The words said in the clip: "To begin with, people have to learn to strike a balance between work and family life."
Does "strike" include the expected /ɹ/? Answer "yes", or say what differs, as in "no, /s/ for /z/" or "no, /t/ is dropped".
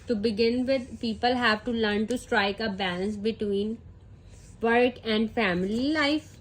yes